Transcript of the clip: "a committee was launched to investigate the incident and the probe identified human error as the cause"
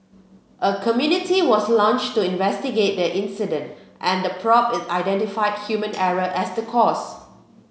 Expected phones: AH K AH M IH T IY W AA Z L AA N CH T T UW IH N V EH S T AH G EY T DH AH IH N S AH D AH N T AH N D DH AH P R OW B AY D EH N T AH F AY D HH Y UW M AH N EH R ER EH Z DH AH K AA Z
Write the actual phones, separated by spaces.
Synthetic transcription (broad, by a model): AH K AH M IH T IY W AA S L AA N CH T T UW IH N V EH S T AH G EY T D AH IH N S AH D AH N T AH N D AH P R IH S AY D EH N T AH F AY D HH Y UW M AH N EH R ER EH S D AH K AA S